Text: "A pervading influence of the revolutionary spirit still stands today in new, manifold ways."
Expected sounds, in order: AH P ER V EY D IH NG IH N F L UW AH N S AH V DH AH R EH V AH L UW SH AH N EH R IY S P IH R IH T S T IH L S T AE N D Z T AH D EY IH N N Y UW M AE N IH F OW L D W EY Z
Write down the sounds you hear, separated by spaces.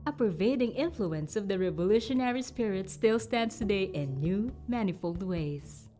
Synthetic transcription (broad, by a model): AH P ER V EY D IH NG IH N F L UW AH N S AH V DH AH R EH V AH L UW SH AH N EH R IY S P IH R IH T S T IH L S T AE N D S T AH D EY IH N N Y UW M AE N IH F OW L D W EY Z